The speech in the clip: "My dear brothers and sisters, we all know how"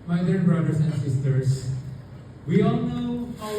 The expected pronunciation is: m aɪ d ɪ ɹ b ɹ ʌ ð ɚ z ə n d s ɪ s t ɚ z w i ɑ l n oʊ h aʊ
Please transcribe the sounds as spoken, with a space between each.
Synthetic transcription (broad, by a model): m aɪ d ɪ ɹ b ɹ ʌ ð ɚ s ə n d s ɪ s t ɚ s w i ɑ l n oʊ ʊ